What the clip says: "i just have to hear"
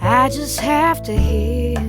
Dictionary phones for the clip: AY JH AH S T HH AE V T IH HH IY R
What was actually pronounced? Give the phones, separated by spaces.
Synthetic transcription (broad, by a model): AY JH AH S T HH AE F T IH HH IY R